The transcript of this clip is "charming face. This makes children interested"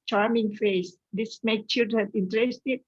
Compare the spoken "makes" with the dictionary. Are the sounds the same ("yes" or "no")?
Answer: no